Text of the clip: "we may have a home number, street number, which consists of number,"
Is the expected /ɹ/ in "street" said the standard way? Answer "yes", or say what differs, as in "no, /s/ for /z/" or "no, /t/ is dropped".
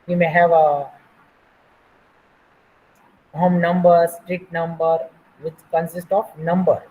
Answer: yes